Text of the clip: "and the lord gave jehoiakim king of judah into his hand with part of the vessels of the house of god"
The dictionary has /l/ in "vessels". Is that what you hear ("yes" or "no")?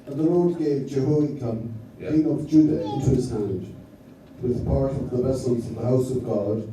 yes